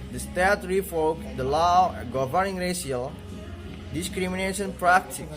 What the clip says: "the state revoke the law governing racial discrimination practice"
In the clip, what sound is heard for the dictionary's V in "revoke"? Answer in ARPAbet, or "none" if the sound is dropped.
F